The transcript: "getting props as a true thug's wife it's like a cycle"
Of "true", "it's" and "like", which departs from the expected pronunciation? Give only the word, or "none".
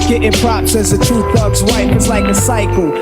true